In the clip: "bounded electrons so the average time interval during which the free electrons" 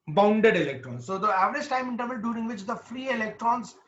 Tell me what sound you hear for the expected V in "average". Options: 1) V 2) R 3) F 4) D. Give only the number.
1